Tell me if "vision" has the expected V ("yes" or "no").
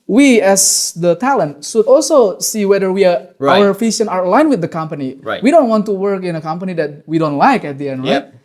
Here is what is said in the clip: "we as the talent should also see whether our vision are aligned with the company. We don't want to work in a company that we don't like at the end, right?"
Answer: no